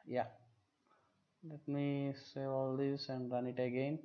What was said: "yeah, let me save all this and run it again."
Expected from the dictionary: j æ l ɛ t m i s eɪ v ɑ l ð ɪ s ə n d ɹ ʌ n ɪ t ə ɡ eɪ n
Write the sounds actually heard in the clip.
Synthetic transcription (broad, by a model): j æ l ɛ t m i s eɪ ɑ l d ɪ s ə n d ɹ ʌ n ɪ t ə ɡ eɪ n